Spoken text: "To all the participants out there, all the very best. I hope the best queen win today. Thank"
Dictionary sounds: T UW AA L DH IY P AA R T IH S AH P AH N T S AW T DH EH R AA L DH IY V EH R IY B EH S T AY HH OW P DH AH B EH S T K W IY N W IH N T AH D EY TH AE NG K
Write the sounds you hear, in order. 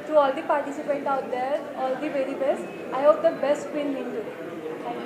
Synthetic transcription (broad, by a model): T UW AA L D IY P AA R T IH S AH P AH T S AW T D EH R AA L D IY V EH R IY B EH S T AY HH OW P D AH B EH S T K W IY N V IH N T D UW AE